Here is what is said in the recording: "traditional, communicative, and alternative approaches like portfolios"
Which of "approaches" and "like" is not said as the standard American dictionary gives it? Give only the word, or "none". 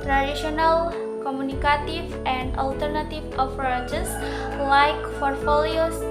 approaches